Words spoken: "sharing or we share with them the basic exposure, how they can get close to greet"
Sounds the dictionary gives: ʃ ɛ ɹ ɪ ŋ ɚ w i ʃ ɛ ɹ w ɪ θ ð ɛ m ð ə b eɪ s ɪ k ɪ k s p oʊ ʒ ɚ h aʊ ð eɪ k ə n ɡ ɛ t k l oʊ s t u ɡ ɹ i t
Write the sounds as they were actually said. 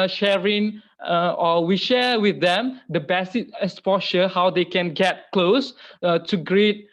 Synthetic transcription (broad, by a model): ʃ ɛ ɹ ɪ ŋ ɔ w i ʃ ɛ w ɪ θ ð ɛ m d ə b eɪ s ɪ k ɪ s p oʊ ʃ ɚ h aʊ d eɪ k ə n ɡ ɛ t k l oʊ s t u ɡ ɹ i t